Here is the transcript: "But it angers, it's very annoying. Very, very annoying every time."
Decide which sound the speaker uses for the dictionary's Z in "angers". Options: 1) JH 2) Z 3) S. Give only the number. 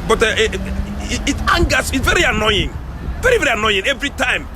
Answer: 3